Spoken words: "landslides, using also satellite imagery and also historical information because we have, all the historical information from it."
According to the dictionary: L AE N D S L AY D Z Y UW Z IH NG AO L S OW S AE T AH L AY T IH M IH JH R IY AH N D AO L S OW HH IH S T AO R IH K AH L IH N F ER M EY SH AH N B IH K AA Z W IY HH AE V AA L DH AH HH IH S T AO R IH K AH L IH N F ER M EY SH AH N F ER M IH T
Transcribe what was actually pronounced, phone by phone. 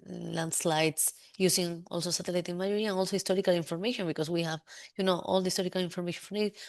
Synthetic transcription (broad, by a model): L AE N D S L AY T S Y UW S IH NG AO L S OW S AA T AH L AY T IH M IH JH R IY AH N AO L S OW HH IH S T AO R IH K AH L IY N F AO M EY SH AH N B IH K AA S W IY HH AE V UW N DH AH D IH S T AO R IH K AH L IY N F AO M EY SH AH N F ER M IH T